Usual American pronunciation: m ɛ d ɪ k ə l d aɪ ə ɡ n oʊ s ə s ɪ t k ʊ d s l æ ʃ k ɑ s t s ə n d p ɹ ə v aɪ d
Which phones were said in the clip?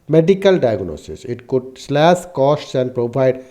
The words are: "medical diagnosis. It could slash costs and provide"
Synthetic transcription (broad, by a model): m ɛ d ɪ k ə l d aɪ ə ɡ n oʊ s ə s ɪ t k ʊ d s l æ s k ɑ s t s ə n d p ɹ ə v aɪ d